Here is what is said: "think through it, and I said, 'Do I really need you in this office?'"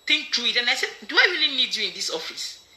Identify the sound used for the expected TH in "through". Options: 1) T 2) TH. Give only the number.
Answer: 1